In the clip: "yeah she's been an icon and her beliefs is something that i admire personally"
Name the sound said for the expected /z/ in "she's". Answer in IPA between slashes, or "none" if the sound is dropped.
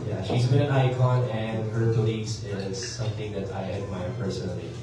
/z/